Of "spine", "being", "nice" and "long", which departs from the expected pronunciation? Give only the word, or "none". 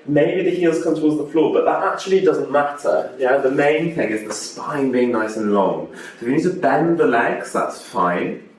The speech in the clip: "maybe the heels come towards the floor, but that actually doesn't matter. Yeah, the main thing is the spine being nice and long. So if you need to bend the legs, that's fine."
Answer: none